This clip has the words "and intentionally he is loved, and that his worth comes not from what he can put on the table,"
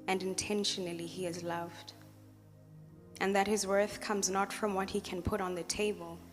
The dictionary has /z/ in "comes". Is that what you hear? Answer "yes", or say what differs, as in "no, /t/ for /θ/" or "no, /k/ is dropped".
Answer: yes